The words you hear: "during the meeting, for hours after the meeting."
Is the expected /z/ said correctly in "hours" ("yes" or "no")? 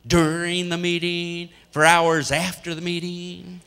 yes